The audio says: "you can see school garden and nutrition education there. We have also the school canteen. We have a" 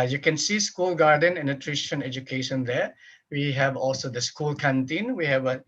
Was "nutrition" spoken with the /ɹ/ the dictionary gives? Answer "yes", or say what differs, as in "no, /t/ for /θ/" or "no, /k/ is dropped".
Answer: yes